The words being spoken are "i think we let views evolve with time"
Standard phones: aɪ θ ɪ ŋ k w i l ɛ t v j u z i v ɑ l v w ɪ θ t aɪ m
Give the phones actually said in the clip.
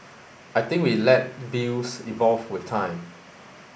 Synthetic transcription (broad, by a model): aɪ t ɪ ŋ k w i l ɛ t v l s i v ɑ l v w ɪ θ t aɪ m